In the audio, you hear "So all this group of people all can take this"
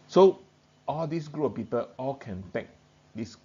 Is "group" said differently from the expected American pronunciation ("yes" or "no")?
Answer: yes